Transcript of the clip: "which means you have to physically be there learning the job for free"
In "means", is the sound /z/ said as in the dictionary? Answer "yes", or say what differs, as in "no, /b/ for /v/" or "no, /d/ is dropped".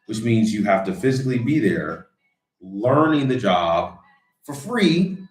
yes